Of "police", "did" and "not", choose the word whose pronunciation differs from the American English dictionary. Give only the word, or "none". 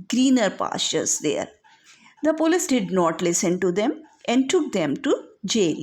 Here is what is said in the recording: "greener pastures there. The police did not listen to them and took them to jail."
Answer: none